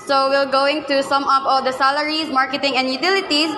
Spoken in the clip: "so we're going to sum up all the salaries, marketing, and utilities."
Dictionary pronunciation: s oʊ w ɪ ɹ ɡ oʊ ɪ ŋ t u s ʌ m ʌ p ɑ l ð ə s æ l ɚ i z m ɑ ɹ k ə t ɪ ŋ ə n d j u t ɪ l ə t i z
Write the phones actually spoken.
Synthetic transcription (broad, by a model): s oʊ w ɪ l ɡ oʊ ɪ ŋ t u s ʌ m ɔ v ɑ l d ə s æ l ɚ i s m ɑ ɹ k ə t ɪ ŋ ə n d j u t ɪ l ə t i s